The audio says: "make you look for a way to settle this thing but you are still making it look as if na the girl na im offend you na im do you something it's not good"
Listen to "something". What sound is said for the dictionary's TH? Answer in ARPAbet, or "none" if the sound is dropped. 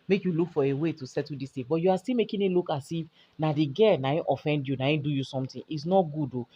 T